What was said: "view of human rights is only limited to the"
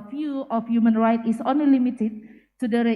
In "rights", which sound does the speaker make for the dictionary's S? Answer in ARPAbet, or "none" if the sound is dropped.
none